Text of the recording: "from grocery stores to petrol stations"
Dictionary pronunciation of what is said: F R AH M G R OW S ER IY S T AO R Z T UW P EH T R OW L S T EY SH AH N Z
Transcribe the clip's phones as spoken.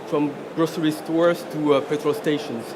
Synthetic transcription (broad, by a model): F R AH M G R OW S ER IY S T AO R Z T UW F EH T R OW L S T EY SH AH N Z